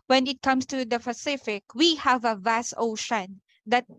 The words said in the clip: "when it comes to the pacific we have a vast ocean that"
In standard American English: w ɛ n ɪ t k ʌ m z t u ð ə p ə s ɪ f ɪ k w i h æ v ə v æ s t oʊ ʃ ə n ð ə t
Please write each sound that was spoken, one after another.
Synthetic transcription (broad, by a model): w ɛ n ɪ t k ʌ m s t u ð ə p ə s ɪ f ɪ k w i h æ v ə v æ s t oʊ ʃ ə n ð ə t